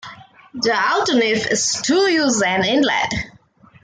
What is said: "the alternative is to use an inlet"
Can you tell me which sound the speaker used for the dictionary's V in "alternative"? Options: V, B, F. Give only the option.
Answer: F